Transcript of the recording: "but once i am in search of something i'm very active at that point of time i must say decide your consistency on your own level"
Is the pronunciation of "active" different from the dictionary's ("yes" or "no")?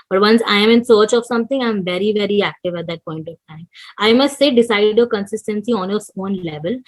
no